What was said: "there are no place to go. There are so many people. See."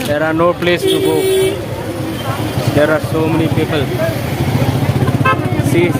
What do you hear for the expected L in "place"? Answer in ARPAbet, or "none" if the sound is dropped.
L